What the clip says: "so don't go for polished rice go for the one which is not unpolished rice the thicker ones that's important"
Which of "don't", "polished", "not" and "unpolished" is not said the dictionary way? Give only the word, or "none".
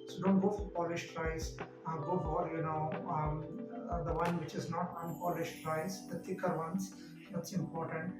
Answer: none